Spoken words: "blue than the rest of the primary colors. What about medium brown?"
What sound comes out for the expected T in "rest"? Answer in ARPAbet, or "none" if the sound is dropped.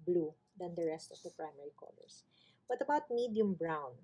T